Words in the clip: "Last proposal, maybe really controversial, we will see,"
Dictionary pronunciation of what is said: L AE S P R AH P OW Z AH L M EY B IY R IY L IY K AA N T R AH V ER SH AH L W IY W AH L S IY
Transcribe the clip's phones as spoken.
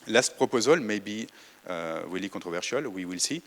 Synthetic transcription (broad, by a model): L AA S P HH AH P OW Z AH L M EY B IY W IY L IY K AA T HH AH V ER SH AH L W IY W AH L S IY